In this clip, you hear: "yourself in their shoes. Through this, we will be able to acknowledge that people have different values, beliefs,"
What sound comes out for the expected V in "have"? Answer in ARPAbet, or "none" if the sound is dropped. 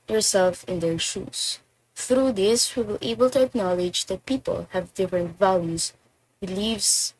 V